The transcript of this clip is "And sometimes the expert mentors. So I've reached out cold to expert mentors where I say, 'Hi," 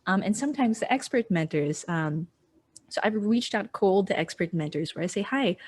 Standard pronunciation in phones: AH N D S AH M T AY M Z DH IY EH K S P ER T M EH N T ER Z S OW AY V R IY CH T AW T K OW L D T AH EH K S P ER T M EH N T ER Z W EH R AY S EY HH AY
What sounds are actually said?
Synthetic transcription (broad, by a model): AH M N S AH M T AY M Z DH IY EH K S P ER T M EH N T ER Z S OW AY V R IY CH T AW T K OW L D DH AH EH K S P ER T M EH N T ER Z W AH R AY S EY HH AY